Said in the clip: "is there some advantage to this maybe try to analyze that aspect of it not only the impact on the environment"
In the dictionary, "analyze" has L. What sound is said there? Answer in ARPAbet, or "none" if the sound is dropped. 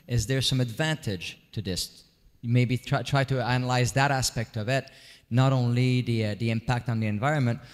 L